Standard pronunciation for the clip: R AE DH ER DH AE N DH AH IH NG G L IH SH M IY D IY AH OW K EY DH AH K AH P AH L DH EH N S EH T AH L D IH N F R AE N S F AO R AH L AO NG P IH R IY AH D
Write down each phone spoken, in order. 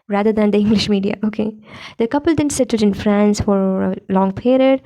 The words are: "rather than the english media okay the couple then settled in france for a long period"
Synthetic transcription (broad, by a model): R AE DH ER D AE N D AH IH NG G L IH SH M IY D IY AH OW K EY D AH K AH P AH L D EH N S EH T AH D IH N F R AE N S F AO R AH L AO NG P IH R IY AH D